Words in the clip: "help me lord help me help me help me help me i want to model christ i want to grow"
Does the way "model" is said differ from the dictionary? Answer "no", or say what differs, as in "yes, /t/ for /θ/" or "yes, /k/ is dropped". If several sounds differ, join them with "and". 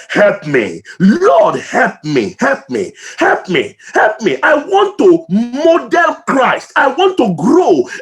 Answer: yes, /n/ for /l/